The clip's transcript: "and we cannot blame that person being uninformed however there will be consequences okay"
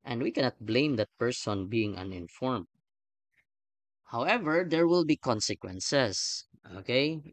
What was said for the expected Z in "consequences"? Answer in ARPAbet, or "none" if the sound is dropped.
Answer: S